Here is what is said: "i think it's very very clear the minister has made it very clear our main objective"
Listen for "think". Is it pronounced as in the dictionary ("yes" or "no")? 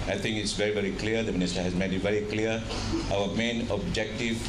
no